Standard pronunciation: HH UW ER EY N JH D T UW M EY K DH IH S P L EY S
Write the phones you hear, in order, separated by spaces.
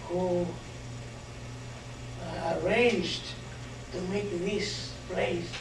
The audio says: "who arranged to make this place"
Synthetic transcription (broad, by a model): HH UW ER EY N JH D T UW M EY K DH IH S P L EY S